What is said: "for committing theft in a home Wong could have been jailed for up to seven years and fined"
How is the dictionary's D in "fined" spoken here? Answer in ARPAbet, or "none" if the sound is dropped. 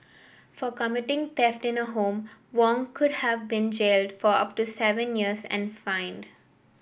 D